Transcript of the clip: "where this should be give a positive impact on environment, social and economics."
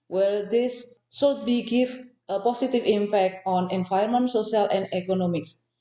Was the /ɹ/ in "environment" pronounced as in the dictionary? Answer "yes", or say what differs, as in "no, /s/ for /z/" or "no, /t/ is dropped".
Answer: no, /ɹ/ is dropped